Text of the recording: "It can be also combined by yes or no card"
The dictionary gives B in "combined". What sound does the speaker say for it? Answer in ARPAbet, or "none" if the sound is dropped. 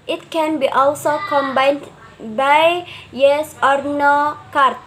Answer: B